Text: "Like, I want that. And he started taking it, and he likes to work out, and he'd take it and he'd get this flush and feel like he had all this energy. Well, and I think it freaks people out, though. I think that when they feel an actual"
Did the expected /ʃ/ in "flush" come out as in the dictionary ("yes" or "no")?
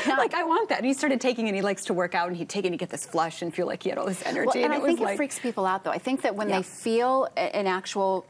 yes